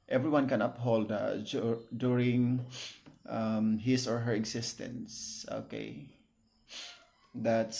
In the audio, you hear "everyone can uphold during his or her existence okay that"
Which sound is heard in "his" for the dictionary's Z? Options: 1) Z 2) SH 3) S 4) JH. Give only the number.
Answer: 3